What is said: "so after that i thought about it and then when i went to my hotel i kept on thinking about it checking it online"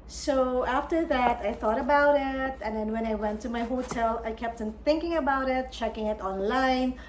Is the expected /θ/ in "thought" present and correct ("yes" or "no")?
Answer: yes